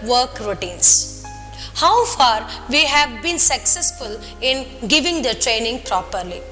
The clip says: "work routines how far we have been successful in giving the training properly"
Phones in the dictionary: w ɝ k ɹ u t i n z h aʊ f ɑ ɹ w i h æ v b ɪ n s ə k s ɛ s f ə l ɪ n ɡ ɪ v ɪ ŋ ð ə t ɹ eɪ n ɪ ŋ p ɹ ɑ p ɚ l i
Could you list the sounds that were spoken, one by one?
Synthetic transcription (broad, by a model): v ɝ k ɹ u t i n s h aʊ f ɑ ɹ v i h æ v b ɪ n s ə k s ɛ s f ə l ɪ n ɡ ɪ v ɪ ŋ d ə t ɹ eɪ n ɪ ŋ p ɹ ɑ p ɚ l i